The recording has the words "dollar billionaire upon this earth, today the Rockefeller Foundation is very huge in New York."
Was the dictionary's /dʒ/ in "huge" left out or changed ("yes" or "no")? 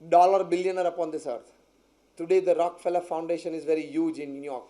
no